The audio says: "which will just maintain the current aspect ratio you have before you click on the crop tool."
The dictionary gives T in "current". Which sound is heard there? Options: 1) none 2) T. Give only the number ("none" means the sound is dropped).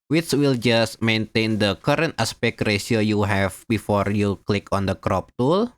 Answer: 2